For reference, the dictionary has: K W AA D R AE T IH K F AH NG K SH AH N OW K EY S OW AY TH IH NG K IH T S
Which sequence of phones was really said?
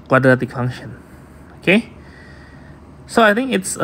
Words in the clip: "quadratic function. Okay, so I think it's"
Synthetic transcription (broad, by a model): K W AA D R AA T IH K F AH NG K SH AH N OW K EY S OW AY T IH NG K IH T S